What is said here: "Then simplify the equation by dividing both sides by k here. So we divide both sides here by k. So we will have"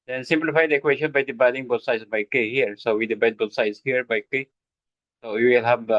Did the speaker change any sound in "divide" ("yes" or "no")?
yes